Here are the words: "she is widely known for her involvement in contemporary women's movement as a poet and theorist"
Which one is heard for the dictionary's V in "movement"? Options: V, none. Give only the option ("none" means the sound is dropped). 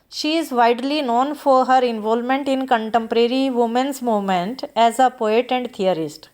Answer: none